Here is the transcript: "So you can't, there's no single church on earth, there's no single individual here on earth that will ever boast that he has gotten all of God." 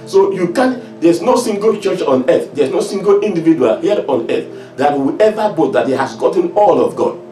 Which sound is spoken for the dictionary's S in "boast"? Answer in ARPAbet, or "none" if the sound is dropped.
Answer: none